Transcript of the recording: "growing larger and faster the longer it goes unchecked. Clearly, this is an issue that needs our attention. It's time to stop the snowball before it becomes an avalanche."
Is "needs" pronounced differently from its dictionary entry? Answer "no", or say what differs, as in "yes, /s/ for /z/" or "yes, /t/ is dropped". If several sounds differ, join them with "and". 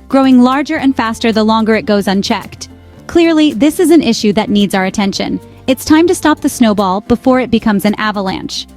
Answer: no